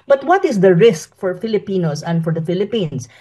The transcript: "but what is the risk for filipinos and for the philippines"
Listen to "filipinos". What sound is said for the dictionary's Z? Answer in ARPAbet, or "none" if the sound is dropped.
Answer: S